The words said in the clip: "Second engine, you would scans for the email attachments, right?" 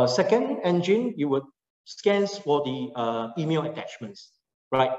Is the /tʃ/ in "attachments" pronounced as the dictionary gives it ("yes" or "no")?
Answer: yes